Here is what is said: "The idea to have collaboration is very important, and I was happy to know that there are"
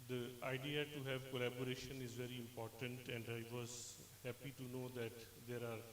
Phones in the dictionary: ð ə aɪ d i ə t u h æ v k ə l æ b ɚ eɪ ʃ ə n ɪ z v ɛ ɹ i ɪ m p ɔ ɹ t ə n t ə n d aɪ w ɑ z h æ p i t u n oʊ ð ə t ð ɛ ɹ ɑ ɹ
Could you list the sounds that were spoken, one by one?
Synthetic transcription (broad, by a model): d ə aɪ d i ə t u h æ v k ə l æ b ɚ eɪ ʃ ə n ɪ z v ɛ ɹ i ɪ m p ɔ ɹ t ə n t ə n d aɪ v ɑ z h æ p i t u n oʊ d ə t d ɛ ɹ ɑ ɹ